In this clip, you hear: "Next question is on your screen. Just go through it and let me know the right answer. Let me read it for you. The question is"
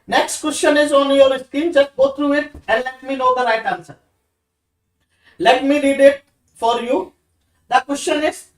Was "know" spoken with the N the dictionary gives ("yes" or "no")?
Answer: no